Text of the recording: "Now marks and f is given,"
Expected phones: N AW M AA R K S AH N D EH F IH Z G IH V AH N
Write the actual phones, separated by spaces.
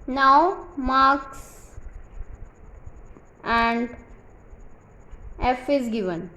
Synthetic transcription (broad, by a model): N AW M AA R K S AH N D EH F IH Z G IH V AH N